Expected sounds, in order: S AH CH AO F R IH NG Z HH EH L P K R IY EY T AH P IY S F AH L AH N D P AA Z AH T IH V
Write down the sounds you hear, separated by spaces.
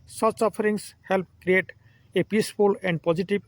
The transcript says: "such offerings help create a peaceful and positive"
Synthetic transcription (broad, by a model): S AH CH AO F R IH NG S HH EH L P K R IY EY T AH P IY S F AH L AH N D P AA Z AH T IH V